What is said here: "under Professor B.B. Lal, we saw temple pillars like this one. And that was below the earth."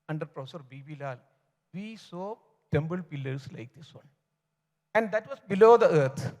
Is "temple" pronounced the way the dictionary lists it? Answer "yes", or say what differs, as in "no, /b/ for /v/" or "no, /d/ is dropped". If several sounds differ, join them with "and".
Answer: no, /b/ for /p/